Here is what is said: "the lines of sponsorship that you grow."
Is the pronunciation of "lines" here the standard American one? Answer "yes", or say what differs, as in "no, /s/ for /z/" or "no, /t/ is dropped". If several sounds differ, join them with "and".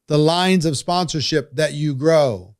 yes